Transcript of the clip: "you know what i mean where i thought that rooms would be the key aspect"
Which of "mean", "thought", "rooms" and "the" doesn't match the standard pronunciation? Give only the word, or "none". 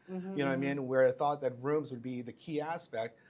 none